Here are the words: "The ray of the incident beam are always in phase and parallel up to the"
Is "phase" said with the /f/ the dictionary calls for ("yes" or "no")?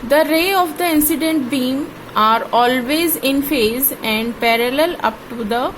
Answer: yes